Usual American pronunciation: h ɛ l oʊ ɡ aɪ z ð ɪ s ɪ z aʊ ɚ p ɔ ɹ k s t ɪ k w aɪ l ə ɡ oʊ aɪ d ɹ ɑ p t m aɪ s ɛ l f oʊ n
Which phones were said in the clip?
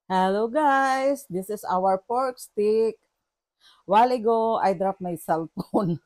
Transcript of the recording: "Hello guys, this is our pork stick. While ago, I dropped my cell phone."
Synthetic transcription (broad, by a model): h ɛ l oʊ ɡ aɪ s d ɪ s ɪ s aʊ ɚ p ɔ ɹ k s t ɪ k w aɪ l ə ɡ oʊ aɪ d ɹ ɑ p m aɪ s ɛ l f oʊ n